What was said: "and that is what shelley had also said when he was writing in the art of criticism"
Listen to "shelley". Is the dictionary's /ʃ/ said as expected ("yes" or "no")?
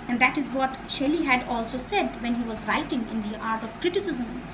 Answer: yes